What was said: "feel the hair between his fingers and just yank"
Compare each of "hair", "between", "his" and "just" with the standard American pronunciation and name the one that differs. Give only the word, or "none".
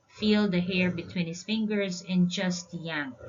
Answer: his